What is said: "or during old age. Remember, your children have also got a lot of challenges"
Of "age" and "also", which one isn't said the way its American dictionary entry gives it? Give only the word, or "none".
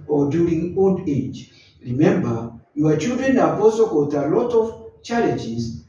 also